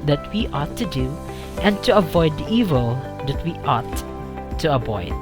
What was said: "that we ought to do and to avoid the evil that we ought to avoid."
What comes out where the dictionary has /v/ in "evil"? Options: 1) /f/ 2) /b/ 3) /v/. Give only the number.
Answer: 3